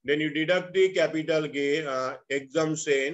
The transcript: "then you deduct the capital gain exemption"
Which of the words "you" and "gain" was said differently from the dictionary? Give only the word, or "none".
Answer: gain